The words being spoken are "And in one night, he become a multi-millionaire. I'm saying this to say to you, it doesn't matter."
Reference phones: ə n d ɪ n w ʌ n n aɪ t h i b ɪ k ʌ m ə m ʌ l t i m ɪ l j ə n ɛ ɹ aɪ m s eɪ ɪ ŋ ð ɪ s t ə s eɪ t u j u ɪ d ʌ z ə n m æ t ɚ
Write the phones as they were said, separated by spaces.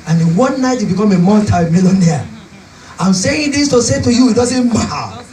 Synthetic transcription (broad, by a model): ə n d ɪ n w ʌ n n aɪ t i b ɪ k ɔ m ə m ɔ n t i m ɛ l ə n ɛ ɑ aɪ m s eɪ ɪ ŋ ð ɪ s t ə s eɪ t u j u ɪ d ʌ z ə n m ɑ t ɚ